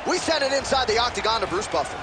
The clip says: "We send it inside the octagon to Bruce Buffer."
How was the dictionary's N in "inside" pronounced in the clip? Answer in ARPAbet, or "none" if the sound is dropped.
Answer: N